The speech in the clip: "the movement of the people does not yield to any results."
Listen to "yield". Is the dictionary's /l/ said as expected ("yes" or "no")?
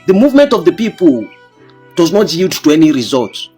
no